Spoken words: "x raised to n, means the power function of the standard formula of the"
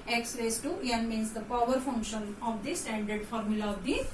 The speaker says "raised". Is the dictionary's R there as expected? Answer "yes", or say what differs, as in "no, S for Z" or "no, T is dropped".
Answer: no, L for R